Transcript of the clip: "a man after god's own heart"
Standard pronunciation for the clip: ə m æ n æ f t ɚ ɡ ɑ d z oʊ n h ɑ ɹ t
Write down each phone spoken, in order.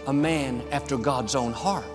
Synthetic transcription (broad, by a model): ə m æ n æ f t ɚ ɡ ɑ d z oʊ n h ɑ ɹ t